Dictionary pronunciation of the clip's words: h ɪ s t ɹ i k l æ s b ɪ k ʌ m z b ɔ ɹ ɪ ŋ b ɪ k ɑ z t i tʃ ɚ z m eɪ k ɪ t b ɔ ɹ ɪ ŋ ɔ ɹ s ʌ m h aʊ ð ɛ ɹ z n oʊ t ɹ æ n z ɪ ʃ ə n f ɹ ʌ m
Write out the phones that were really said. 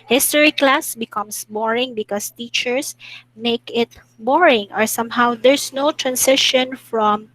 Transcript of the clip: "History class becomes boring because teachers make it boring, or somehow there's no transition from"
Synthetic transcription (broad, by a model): h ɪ s t ɹ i k l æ s b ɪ k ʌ m s b ɔ ɹ ɪ ŋ b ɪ k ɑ s t i tʃ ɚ s m eɪ k ɪ t b ɔ ɹ ɪ ŋ ɔ ɹ s ʌ m h aʊ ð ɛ ɹ s n oʊ t ɹ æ n s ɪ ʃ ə n f ɹ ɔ m